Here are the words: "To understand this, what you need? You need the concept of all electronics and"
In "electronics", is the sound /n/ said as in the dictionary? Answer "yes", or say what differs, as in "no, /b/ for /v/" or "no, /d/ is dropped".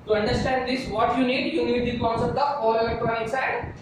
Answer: no, /n/ is dropped